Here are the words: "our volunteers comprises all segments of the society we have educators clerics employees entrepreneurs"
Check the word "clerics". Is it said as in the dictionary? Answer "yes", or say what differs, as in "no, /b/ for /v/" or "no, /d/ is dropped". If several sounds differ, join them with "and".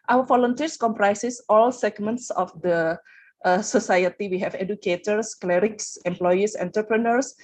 yes